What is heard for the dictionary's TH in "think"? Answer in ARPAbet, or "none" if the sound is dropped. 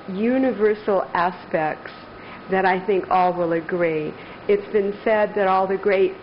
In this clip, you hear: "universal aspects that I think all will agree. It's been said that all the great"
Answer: TH